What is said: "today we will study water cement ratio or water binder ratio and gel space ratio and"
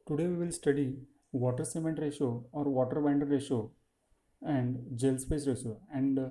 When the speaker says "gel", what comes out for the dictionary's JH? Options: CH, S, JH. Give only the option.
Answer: JH